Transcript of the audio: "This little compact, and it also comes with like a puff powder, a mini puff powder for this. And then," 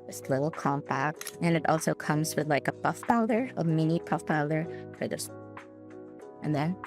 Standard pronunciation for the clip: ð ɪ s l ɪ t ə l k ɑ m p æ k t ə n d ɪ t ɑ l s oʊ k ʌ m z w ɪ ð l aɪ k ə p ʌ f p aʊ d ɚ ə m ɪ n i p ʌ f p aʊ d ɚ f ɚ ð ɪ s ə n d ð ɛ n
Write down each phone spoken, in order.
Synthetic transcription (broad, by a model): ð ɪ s l ɪ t l k ɑ m p æ k t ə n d ɪ t ɑ l s oʊ k ʌ m z w ɪ ð l aɪ k ə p ʌ f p aʊ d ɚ ə m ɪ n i p ʌ f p aʊ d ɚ f ɚ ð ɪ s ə n ð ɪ n